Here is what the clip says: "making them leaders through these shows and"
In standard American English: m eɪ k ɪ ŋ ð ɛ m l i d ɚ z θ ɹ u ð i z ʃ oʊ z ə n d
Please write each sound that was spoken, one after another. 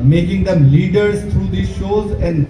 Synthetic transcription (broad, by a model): m eɪ k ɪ ŋ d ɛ m l i d ɚ z t ɹ u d i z ʃ oʊ z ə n d